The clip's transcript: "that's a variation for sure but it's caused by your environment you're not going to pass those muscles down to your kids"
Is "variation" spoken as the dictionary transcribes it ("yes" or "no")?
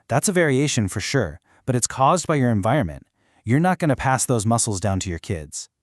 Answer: yes